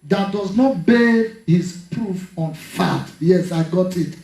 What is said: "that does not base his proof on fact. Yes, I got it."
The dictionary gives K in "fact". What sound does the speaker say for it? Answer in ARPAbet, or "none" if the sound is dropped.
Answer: none